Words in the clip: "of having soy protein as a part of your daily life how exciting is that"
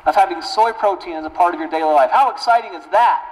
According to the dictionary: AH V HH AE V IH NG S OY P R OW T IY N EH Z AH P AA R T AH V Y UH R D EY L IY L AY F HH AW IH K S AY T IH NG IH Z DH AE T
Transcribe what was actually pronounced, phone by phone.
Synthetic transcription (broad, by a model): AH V HH AE V IH NG S OY P R OW T IY N Z AH P AA R T AH V Y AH R D EY L IY L AY F HH AW IH K S AY T IH NG IH Z DH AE T